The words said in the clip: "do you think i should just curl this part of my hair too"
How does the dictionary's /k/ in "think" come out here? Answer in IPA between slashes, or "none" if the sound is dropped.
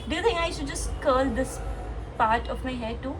none